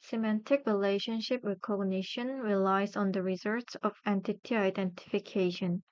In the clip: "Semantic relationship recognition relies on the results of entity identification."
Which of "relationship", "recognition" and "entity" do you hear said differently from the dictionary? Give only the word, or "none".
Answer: recognition